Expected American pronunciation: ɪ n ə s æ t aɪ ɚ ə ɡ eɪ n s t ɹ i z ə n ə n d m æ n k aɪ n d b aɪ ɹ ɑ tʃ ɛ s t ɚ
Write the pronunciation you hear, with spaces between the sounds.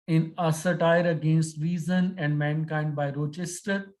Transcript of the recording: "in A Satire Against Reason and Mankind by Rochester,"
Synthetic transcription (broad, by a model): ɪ n ə s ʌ t aɪ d ə ɡ eɪ n s t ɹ i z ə n ə n d m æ n k aɪ n d b aɪ ɹ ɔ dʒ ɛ s t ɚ